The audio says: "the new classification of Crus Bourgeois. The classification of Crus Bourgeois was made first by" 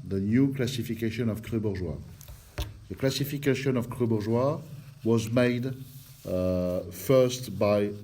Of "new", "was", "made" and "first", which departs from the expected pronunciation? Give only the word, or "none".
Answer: none